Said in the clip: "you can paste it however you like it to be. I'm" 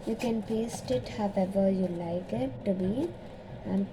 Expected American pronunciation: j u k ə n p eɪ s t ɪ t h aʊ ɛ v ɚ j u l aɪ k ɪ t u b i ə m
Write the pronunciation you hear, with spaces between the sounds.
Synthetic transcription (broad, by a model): j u k ə n p eɪ s t ɪ t h aʊ ɛ v ɚ j u l aɪ k ɪ t u b i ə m